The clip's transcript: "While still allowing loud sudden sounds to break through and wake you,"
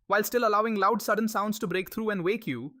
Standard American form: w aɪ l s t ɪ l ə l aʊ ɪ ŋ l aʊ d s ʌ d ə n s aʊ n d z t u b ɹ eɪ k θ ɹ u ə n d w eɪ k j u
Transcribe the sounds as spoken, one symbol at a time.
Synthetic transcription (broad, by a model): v aɪ l s t ɪ l ə l aʊ ɪ ŋ l aʊ d s ʌ d ə n s aʊ n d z t u b ɹ eɪ k t ɹ u ə n d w eɪ k j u